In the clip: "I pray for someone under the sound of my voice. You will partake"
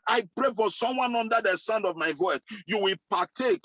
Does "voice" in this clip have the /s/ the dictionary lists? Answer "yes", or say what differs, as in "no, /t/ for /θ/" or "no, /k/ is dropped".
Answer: no, /θ/ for /s/